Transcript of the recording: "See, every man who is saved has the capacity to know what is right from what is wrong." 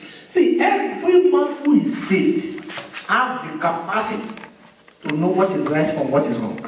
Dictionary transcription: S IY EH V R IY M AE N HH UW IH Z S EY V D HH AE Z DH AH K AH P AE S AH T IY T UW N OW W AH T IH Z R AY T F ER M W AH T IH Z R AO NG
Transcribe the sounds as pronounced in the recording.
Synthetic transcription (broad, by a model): S IY EH V R IY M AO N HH UW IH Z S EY D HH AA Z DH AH K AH P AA S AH T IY T UW N OW W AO T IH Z R AY T F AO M W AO T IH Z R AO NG